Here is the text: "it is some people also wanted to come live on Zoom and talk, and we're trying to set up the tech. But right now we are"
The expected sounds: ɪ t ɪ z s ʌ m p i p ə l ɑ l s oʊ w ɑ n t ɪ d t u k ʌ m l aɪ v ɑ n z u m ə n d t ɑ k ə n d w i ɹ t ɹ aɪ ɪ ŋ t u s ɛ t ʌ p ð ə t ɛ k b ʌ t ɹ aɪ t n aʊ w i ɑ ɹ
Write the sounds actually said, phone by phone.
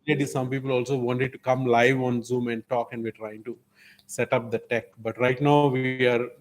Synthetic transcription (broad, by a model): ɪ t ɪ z s ʌ m p i p ə l ɑ l s oʊ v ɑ n t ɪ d t u k ʌ m l aɪ v ɑ n z u m ə n d t ɑ k ə n d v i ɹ t ɹ aɪ ɪ ŋ t u s ɛ t ʌ p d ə t ɛ k b ʌ t ɹ aɪ t n aʊ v i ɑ ɹ